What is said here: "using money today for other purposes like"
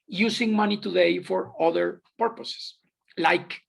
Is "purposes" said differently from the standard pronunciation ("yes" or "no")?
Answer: yes